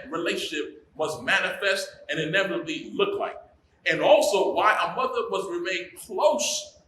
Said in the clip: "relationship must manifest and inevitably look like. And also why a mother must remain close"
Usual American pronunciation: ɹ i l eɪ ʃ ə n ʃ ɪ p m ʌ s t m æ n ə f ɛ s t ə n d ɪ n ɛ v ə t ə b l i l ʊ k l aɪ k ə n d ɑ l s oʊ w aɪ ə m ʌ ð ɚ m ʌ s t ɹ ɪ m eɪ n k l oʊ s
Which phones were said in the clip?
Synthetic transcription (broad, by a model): ɹ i l eɪ ʃ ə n ʃ ɪ p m ʌ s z m æ n ə f ɛ s t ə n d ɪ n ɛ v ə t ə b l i l ʊ k l aɪ k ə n ɑ l s oʊ w aɪ ə m ʌ ð ɚ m ʌ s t ɹ ɪ m eɪ n k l oʊ s